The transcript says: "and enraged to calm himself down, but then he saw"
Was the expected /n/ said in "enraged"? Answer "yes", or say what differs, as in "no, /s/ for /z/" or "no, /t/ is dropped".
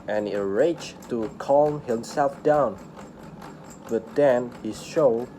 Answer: no, /n/ is dropped